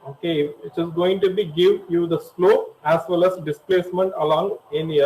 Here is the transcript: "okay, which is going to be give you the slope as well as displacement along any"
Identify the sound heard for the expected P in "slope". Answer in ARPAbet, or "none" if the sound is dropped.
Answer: none